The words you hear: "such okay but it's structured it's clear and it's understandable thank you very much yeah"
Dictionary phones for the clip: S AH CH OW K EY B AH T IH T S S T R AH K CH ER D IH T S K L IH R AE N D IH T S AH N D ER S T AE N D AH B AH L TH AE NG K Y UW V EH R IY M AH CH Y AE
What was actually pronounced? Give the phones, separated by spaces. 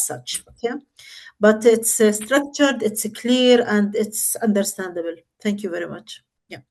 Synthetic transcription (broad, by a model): S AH CH OW K EY B AH T IH T S S T R AH K CH ER D IH T S K L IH R AE N D IH T S AH N D ER S T AE N D AH B AH L TH AE NG K Y UW V EH R IY M AH CH Y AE